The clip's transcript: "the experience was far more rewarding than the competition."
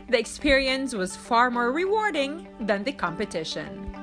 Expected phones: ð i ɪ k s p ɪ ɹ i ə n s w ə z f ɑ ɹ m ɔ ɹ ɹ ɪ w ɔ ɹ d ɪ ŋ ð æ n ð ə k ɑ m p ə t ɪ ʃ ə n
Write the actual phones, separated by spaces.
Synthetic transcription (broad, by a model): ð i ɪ k s p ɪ ɹ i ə n s w ə z f ɑ ɹ m ɔ ɹ ɹ ɪ w ɔ ɹ d ɪ ŋ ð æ n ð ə k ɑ m p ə t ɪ ʃ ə n